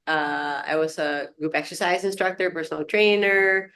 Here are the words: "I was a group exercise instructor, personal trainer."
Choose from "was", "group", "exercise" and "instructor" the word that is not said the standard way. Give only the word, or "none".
none